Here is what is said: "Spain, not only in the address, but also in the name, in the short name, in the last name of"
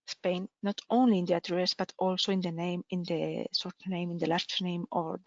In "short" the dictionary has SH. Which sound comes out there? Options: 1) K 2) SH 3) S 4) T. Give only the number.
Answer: 3